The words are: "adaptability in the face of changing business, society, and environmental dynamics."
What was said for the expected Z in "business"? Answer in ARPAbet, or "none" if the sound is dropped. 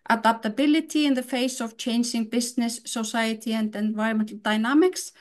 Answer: S